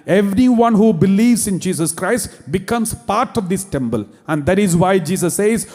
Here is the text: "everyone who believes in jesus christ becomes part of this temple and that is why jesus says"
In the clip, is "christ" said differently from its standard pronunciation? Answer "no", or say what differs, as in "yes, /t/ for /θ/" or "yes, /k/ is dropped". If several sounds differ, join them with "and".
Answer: no